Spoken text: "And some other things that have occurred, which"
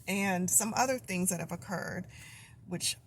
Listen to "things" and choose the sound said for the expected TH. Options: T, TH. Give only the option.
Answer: TH